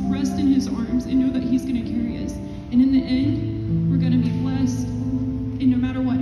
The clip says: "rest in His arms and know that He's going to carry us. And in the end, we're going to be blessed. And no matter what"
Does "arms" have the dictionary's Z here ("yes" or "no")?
yes